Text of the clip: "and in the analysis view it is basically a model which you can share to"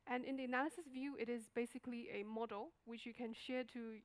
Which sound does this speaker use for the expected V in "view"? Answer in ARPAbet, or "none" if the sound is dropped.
V